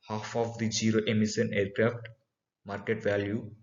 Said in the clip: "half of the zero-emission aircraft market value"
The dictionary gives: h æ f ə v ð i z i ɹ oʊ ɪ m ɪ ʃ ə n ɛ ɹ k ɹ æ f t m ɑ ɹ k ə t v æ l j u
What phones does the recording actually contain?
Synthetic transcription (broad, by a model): h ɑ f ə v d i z i ɹ oʊ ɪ m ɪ s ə n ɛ ɹ k ɹ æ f t m ɑ ɹ k ə t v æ l j u